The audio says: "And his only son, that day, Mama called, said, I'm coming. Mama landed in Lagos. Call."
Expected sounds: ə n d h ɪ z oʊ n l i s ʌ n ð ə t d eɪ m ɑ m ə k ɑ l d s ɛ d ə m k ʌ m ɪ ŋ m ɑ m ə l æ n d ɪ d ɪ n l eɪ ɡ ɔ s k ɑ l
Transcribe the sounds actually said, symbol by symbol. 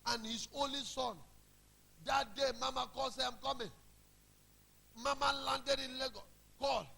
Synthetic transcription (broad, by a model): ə n h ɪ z oʊ n l i s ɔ n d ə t d eɪ m ɑ m ə k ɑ l s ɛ ə m k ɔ m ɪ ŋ m ɑ m ə l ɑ n d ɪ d ɪ n l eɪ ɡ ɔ k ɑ l